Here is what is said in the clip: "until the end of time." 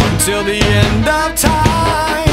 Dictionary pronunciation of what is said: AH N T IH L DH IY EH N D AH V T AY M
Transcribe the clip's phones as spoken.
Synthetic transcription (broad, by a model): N T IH L DH IY EH N D AH V T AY